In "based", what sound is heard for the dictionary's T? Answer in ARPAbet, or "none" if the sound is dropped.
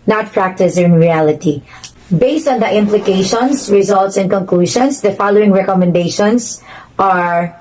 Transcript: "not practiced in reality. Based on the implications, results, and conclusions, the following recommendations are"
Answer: T